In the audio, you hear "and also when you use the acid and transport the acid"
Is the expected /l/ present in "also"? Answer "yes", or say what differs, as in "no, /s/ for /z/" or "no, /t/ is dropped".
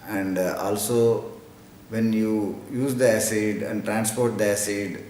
yes